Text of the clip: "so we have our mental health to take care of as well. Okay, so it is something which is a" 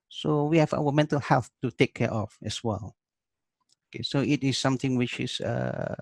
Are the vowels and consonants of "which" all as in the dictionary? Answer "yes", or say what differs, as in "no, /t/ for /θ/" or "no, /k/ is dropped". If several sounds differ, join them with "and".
yes